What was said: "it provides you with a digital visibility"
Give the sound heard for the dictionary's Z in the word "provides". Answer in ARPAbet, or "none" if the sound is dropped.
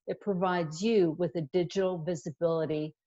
Z